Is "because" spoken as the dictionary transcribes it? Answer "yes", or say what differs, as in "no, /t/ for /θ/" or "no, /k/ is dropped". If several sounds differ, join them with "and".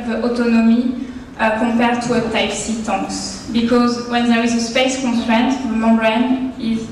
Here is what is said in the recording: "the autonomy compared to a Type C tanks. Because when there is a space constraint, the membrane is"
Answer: yes